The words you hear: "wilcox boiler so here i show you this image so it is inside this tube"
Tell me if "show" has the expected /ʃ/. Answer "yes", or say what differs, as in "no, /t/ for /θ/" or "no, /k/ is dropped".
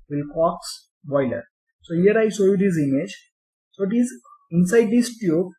no, /s/ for /ʃ/